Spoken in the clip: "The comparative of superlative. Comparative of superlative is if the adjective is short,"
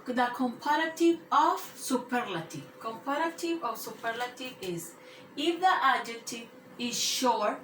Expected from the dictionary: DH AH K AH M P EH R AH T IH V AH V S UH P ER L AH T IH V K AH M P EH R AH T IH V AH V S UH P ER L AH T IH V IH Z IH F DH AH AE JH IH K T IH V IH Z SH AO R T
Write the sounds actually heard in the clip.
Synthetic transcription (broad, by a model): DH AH K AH M P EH R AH T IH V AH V S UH P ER L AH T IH K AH M P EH R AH T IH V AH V S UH P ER L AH T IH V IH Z IH F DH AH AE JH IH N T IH IH Z SH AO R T